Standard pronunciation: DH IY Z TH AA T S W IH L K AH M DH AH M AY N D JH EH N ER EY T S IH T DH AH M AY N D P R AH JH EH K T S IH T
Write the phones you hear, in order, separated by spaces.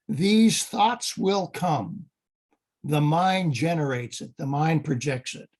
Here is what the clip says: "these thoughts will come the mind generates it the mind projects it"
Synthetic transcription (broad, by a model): DH IY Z TH AA T S W IH L K AH M DH AH M AY N JH EH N ER EY T S IH T DH AH M AY N P R AH JH EH K T S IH T